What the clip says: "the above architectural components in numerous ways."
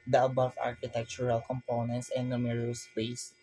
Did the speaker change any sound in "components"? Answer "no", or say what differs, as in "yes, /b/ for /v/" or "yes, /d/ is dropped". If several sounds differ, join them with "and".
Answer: no